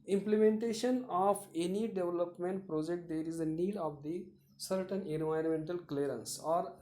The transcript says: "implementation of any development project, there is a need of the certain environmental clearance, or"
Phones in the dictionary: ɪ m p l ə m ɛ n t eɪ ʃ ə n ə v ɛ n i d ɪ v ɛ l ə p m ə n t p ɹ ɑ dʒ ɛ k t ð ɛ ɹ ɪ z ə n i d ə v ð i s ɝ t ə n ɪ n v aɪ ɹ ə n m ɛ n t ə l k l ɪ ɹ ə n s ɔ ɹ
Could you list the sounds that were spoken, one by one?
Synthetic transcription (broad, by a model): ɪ m p l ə m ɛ n t eɪ ʃ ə n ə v ɛ n i d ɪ v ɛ l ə p m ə n t p ɹ ɑ dʒ ɛ k t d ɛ ɹ ɪ z ə n i d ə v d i s ɝ t ə n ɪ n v aɪ ə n m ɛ n t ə l k l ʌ ɹ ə n s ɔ ɹ